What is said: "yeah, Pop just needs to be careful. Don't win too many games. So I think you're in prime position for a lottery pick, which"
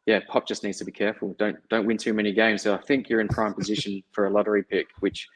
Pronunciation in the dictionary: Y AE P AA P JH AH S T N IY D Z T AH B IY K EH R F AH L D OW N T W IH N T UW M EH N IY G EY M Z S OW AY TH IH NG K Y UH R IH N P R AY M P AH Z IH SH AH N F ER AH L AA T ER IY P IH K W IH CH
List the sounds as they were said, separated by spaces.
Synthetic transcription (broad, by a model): Y AE P AA P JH AH S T N IY D Z T AH B IY K EH R F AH N D OW N T W IH N T UW M EH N IY G EY M Z S OW AY TH IH NG K Y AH R IH N P R AY M P AH Z IH SH AH N F ER AH L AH T ER IY P IH K W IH CH